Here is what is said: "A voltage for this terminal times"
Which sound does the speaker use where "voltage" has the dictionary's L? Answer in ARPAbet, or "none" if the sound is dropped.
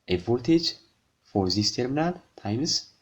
none